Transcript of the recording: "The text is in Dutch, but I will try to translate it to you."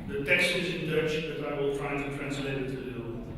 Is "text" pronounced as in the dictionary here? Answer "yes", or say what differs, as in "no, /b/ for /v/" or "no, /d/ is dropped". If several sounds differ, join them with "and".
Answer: no, /k/ is dropped